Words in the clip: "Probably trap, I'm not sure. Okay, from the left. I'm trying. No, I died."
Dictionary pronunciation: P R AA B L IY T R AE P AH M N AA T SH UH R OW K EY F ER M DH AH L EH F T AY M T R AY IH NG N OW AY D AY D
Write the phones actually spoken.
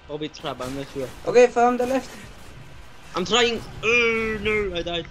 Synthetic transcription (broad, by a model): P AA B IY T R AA B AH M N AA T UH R OW K EY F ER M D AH L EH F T AY M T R AY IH NG N OW AY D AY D